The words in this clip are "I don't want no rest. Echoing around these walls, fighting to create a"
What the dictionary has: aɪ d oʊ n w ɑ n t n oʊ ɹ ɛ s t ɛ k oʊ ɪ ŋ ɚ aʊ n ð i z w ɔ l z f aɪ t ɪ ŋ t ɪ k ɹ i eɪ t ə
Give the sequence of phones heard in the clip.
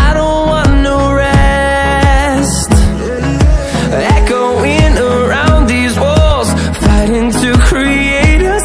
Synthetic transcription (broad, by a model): aɪ d oʊ n w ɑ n n oʊ ɹ ɛ s t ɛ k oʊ ɪ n ɚ aʊ n ð i z w ɔ l z f aɪ t ɪ ŋ t ɪ k ɹ i eɪ t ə